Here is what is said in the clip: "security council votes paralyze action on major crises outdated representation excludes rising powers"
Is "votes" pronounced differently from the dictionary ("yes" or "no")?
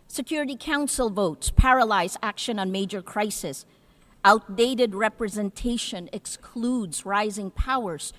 no